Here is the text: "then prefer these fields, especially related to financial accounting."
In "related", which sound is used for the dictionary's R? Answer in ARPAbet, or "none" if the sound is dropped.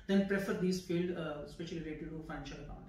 L